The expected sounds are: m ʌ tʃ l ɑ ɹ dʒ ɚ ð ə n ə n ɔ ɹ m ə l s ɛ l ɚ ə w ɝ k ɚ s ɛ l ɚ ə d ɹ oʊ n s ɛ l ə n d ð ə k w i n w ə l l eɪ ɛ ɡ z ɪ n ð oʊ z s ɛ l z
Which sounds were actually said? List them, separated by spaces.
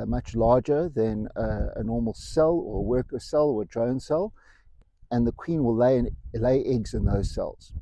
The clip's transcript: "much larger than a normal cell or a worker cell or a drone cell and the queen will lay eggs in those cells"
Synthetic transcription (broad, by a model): m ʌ tʃ l ɑ ɹ dʒ ɚ ð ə n ə n ɔ ɹ m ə l s ɛ l ɚ ə w ɝ k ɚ s ɛ l ɚ ə d ɹ oʊ n s ɛ l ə n ð ə k w i n w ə l l eɪ ɛ ɡ z ɪ n ð oʊ z s ɛ l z